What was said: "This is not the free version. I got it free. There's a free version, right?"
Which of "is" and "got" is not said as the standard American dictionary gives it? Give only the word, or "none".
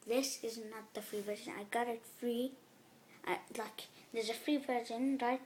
none